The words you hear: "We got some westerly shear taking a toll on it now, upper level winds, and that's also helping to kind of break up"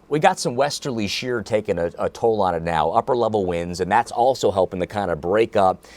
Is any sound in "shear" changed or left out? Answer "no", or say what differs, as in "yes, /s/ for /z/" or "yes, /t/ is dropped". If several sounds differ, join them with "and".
no